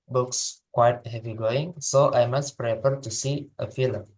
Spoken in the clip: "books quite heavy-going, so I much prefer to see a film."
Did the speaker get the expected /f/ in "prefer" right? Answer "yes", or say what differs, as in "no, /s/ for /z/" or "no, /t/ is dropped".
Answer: no, /p/ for /f/